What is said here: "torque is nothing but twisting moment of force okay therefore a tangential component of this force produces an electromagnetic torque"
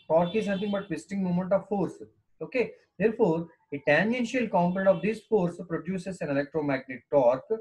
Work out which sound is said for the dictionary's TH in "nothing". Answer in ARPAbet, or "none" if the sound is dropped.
T